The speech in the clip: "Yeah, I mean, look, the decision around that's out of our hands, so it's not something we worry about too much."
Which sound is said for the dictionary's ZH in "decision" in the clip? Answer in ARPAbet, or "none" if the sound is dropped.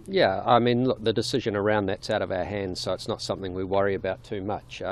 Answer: ZH